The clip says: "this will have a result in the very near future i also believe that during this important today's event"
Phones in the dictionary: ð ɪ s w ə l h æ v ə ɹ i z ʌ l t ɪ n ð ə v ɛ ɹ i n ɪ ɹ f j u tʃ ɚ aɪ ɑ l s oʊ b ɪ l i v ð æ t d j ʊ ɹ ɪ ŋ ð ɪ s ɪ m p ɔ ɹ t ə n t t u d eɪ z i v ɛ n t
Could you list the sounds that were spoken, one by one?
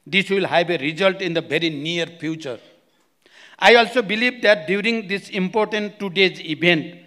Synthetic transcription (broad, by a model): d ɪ s w ə l h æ b ə ɹ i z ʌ l t ɪ n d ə b ɛ ɹ i n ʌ ɹ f j u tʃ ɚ aɪ ɑ l s oʊ b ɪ l i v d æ t d j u ɹ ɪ ŋ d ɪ s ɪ m p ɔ ɹ t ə n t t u d eɪ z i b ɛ n t